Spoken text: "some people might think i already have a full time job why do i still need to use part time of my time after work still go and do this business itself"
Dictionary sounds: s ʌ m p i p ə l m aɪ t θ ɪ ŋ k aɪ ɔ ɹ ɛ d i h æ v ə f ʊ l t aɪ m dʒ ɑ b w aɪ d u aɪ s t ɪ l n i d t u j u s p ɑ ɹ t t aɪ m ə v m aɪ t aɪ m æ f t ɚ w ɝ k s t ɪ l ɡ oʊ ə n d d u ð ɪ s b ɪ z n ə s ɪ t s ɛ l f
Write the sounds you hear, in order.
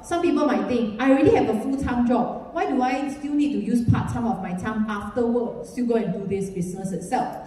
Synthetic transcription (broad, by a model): s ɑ m p i p ə l m aɪ t t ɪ ŋ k aɪ ɹ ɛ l i h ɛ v ə f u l t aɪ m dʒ ɑ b w aɪ d u aɪ s t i l n i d t u j u s p ɑ t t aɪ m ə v m aɪ t aɪ m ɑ f t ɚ w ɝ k s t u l ɡ oʊ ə n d d u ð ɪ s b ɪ s n ə s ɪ t s ɛ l f